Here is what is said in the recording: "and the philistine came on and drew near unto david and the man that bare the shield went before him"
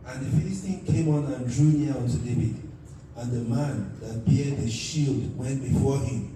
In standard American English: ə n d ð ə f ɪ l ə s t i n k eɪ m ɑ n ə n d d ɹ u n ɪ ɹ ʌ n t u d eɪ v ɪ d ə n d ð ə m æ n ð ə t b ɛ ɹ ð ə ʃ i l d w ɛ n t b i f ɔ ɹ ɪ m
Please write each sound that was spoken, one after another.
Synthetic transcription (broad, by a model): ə n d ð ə f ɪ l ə s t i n k eɪ m ɑ n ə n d d ɹ u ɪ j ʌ n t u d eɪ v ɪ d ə n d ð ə m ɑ n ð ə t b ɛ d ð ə ʃ i l d w ɛ n t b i f ɔ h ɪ m